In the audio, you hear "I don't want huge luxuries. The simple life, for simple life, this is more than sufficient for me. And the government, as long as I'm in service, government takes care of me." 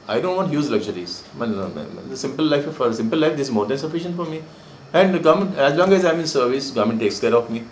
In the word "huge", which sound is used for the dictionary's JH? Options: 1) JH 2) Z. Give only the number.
2